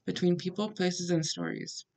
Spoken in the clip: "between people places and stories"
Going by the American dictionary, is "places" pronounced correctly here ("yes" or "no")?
yes